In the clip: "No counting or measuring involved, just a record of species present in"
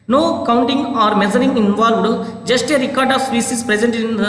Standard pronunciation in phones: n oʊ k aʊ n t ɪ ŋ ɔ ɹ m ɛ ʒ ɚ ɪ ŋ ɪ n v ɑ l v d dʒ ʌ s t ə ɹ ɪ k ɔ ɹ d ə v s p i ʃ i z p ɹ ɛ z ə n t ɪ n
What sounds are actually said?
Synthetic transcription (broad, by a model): n oʊ k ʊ n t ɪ ŋ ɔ ɹ m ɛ z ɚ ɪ ŋ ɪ n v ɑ l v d dʒ ʌ s t ə ɹ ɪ k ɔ ɹ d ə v s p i s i s p ɹ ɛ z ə n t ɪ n